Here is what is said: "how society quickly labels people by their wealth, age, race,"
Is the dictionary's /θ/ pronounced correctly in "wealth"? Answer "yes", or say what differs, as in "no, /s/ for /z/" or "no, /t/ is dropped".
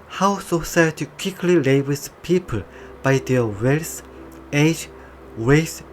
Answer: no, /s/ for /θ/